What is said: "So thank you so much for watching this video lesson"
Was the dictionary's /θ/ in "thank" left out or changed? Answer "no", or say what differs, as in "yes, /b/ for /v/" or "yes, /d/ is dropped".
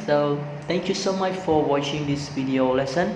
yes, /t/ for /θ/